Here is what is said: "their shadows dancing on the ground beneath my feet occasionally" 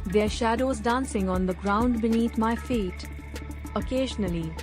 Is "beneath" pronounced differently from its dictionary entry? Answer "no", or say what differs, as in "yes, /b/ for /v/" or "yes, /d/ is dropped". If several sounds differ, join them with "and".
yes, /t/ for /θ/